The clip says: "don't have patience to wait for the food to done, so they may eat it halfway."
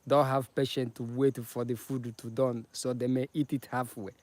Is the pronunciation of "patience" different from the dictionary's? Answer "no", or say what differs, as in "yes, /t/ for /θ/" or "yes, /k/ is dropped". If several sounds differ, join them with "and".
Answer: yes, /s/ is dropped